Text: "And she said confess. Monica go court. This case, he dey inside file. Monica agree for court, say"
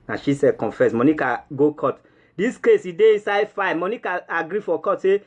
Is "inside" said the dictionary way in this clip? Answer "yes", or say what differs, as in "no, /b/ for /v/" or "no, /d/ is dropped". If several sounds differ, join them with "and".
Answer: yes